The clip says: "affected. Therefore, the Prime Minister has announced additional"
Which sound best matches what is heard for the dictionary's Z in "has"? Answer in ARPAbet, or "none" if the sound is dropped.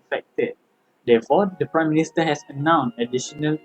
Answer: S